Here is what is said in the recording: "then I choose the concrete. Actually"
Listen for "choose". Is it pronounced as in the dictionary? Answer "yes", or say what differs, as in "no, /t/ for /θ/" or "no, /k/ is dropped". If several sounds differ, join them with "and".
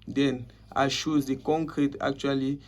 no, /ʃ/ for /tʃ/